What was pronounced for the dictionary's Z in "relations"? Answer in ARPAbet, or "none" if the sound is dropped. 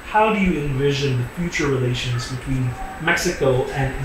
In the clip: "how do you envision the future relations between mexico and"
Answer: Z